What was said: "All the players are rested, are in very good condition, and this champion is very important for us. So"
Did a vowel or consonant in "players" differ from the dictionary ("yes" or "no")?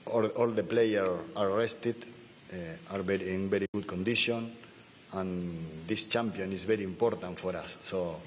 yes